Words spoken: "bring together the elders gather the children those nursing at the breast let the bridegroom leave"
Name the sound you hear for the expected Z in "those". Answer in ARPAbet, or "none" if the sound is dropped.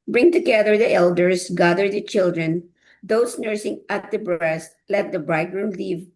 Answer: S